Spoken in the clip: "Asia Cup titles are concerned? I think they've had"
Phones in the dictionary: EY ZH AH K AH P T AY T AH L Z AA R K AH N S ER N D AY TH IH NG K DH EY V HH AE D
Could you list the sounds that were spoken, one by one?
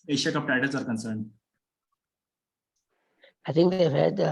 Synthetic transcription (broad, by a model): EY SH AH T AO F T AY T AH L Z AA R K AH N S ER N D AY T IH NG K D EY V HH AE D